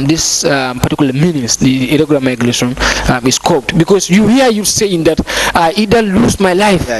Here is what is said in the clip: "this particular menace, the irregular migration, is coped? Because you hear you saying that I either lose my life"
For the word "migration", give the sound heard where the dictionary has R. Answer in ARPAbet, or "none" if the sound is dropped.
L